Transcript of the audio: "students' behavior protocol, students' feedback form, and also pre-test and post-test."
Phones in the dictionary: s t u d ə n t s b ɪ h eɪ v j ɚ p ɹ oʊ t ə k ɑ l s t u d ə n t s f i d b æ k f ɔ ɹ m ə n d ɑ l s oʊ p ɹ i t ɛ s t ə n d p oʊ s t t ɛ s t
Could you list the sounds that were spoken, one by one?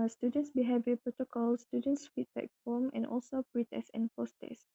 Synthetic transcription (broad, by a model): s t u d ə n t s b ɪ h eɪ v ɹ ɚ p ɹ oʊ t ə k ɑ l s t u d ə n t s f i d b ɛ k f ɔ m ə n ɑ l s oʊ p ɹ i t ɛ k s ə n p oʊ s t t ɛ s